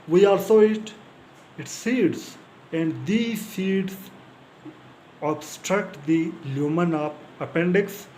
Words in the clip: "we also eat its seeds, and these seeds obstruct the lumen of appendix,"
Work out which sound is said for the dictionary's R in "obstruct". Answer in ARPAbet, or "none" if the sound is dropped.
R